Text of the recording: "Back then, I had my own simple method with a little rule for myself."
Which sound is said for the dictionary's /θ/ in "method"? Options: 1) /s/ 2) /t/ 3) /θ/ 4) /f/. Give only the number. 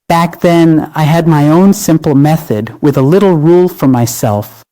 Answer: 3